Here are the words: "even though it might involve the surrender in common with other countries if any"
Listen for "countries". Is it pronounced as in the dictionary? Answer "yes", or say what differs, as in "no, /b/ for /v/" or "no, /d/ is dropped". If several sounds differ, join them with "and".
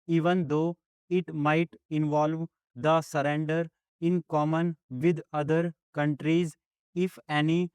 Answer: yes